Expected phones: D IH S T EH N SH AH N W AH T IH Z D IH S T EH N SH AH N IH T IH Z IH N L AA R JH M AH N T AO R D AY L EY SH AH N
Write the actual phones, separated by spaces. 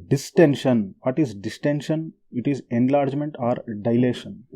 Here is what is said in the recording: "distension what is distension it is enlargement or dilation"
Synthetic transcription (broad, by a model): D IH S T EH N SH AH N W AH T IH Z D IH S T EH N SH AH N IH T IH Z IH N L AA R JH M AH N T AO R D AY L EY SH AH N